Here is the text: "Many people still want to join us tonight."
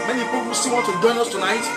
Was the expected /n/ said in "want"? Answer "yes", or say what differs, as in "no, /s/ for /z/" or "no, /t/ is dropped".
no, /n/ is dropped